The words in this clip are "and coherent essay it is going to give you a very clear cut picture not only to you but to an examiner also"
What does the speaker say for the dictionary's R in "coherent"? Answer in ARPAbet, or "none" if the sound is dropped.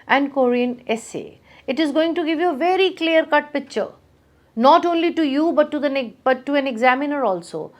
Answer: none